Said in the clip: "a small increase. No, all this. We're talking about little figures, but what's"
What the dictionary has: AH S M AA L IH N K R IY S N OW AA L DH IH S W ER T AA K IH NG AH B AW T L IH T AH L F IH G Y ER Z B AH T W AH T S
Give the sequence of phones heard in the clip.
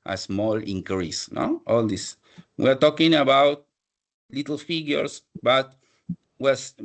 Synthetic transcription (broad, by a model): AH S M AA L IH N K R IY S N OW AA L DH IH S W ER T AA K IH NG AH B AW T L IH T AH L F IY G Y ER S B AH T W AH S